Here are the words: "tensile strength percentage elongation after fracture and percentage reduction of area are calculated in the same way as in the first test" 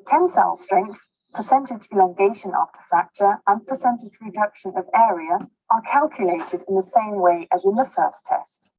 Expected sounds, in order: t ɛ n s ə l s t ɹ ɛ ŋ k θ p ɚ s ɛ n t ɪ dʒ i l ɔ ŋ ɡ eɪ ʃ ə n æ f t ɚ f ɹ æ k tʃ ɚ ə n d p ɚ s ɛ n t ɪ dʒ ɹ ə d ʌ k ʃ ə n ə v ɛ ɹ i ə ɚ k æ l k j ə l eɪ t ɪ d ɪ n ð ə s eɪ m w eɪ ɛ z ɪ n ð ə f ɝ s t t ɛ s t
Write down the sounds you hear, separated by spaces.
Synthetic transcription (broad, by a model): t ɛ n s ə l s t ɹ ɛ ŋ k θ p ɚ s ɛ n t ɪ dʒ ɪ l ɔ ŋ ɡ eɪ ʃ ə n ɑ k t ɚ f æ k tʃ ɚ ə n p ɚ s ɛ n t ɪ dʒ ɹ ə d ʌ k ʃ ə n ə v ɛ ɹ i ə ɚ k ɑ l k j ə l eɪ t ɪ d ɪ n ð ə s eɪ m w eɪ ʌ z ɪ n ð ə f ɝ s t t ɛ s t